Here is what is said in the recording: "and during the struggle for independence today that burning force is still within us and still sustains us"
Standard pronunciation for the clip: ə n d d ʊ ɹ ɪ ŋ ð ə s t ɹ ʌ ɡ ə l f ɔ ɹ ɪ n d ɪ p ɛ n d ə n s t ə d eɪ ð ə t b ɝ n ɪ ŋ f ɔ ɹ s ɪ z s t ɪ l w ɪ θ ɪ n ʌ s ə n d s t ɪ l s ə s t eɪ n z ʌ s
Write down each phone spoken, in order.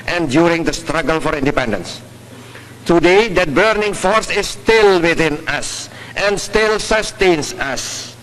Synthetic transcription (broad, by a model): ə n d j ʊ ɹ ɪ ŋ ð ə s t ɹ ʌ ɡ ə l f ɔ ɹ ɪ n d ɪ p ɛ n d ə n s t ə d eɪ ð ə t b ɝ n ɪ ŋ f ɔ ɹ s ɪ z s t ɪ l w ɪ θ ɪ n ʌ s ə n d s t ɪ l s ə s t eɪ n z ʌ s